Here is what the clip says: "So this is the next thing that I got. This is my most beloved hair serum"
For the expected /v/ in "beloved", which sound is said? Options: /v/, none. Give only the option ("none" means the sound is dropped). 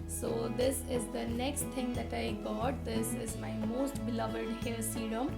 /v/